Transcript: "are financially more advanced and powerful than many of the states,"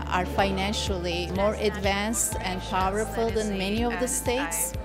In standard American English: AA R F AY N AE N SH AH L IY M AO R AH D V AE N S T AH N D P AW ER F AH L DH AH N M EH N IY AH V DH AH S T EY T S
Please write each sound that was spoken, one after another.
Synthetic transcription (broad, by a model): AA R F AY N AE N SH AH L IY M AO R AH D V AE N S T AH N D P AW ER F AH L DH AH N M EH N IY AH V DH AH S T EY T S